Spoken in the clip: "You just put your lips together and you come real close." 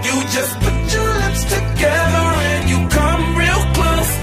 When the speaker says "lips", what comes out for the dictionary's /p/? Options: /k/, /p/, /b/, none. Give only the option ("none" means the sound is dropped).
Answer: none